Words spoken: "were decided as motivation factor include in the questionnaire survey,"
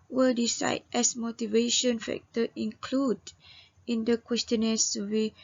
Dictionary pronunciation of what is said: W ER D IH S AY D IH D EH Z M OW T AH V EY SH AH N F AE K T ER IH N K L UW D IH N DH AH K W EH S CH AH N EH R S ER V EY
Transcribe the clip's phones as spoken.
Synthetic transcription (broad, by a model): W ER D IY S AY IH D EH S M OW T AH V EY SH AH N F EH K T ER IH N K L UW D IH N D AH K W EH S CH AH N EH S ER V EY